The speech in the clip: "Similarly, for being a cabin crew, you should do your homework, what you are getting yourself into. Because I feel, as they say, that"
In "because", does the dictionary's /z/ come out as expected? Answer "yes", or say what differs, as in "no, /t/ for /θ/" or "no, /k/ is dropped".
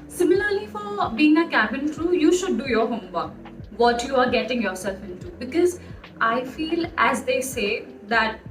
yes